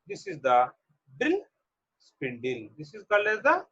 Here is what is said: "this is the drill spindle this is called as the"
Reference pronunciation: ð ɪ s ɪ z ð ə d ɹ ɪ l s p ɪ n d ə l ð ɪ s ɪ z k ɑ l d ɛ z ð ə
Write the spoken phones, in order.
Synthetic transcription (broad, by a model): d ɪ s ɪ z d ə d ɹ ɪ l s p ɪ n d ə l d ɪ s ɪ z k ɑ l ɛ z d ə